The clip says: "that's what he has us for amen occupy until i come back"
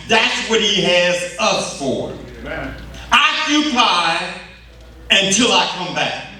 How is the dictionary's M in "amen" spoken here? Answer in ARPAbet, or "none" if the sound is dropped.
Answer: none